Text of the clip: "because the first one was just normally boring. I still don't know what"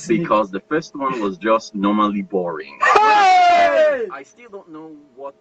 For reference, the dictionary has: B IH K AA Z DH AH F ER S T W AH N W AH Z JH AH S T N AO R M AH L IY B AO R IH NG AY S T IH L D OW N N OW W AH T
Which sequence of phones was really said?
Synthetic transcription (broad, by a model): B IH K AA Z DH AH F ER S T W AH N W AH Z JH AH S T N AO R M AH L IY B AO R IH NG AY S T IH L D OW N N OW W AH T